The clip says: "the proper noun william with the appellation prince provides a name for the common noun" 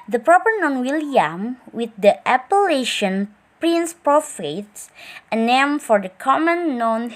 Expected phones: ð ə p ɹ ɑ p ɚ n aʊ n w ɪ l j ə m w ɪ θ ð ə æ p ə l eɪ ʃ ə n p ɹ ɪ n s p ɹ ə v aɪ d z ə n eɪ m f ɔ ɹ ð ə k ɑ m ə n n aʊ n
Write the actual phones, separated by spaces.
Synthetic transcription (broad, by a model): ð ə p ɹ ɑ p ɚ n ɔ n w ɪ l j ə m w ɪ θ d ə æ p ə l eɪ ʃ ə n p ɹ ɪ n s p ɹ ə f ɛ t ə n eɪ m f ɔ ɹ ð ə k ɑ m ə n n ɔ n